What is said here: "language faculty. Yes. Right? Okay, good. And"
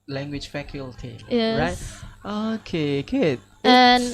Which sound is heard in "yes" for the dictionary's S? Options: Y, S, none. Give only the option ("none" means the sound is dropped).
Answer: none